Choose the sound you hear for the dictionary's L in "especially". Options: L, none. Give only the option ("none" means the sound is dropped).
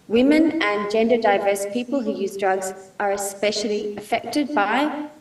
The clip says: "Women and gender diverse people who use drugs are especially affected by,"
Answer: L